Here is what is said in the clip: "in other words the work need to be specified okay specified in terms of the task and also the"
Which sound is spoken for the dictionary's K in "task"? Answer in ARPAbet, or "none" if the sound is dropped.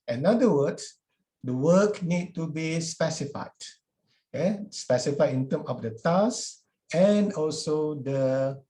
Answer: none